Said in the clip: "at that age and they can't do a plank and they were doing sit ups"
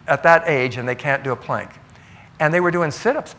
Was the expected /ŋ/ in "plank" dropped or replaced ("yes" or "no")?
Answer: no